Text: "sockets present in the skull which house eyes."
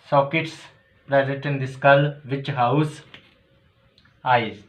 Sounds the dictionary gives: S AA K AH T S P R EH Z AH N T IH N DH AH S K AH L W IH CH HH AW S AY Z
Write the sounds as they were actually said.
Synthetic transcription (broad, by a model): S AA K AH T S P R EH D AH T IH N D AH S K AH L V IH CH HH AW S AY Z